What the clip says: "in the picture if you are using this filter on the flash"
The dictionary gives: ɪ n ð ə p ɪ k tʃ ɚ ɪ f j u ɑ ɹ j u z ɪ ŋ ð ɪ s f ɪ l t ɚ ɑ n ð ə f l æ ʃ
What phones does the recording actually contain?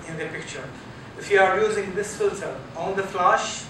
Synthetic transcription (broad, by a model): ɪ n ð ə p ɪ k tʃ ɚ ɪ f j u ɑ ɹ j u z ɪ ŋ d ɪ s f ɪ l s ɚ ɑ n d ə f l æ ʃ